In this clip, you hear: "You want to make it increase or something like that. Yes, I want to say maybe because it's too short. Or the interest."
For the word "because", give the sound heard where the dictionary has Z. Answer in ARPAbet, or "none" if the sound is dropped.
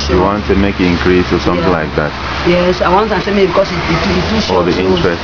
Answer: none